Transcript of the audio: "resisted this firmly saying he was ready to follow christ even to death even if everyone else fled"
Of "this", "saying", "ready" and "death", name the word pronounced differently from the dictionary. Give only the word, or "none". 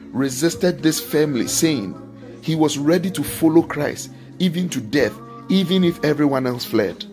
none